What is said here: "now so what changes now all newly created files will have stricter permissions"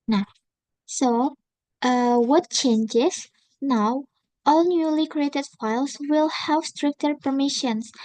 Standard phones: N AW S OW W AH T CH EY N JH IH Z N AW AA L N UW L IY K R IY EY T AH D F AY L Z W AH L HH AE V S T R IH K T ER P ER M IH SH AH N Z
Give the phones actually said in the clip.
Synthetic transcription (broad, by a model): N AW S OW W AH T CH EY N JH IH S N AW AA L N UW L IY K R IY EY T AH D F AY L S W AH L HH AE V S T R IH K T ER P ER M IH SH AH N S